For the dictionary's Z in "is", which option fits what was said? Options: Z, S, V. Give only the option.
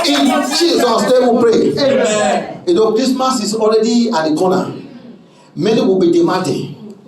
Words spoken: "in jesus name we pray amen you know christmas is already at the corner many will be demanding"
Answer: S